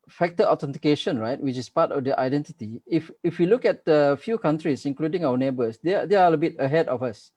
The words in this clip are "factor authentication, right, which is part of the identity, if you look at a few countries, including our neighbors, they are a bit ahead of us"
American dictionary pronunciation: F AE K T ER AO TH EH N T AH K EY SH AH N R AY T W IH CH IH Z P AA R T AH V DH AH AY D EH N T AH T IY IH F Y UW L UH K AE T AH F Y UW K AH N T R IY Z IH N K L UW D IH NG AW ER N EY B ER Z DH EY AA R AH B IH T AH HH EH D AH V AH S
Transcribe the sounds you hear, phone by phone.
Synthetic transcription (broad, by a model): F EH K T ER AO T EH N T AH K EY SH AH N R AY T W IH CH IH S P AA T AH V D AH AY D EH N T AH T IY IH F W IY L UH K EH T AH F Y UW K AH N T R IY S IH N K L UW D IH NG AW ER N EY B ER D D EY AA L AH B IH T AH HH EH D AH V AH S